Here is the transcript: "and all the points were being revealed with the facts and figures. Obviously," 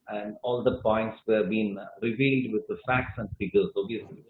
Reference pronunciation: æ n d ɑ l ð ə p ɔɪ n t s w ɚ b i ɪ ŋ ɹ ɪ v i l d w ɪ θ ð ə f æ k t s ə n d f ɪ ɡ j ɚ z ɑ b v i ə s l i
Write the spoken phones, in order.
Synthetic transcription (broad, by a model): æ n d ɑ l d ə p ɔɪ n t s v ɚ b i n ɹ ɪ v i l d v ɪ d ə f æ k t s ə n d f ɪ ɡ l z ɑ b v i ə s l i